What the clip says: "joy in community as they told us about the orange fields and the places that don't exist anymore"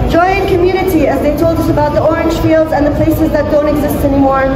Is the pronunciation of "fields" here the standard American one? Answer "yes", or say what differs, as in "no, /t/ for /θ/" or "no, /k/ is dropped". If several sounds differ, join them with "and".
yes